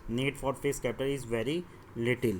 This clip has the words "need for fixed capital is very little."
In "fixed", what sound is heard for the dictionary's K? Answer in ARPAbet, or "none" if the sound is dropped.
none